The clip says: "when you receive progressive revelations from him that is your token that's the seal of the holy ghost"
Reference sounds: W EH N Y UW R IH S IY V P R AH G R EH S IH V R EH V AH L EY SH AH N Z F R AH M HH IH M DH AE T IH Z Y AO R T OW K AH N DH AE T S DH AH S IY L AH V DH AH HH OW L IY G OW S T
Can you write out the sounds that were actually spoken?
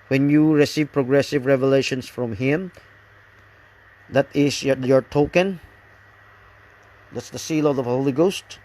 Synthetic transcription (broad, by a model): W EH N Y UW R IH S IY V P R AH G R EH S IH V R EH V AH L EY SH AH N S F R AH M HH IH M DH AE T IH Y Y AO R T OW K AH N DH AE T S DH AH S IY L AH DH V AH HH OW L IY G OW S T